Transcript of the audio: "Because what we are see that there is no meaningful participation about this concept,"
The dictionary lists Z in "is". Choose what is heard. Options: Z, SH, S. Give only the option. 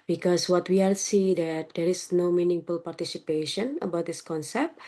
S